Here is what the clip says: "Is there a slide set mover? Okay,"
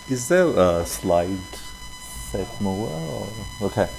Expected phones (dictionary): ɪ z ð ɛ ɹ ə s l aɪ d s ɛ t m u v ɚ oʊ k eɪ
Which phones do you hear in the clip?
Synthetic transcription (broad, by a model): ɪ z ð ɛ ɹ ə s l aɪ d s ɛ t m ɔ ɚ oʊ k eɪ